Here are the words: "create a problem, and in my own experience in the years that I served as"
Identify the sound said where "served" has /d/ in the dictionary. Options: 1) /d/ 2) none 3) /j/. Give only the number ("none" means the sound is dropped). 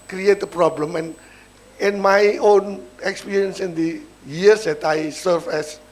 2